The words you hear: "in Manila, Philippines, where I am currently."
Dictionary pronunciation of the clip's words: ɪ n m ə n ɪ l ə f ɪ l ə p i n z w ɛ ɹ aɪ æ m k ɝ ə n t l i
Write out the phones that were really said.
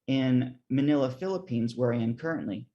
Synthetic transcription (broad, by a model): ɪ n m ə n ɪ l ə f ɪ l ə p i n z w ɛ ɹ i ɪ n k ɝ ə n t l i